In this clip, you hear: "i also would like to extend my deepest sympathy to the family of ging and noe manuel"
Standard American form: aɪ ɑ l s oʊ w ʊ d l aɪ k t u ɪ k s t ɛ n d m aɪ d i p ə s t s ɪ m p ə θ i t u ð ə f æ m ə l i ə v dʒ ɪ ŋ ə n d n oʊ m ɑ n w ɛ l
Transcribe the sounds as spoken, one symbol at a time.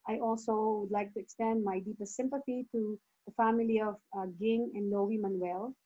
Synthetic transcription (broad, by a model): aɪ ɑ l s oʊ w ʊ d l aɪ k t u ɪ k s t ɛ n d m aɪ d i p ə s t s ɪ m p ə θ i t u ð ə f æ m ə l i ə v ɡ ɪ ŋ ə n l oʊ m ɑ n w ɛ l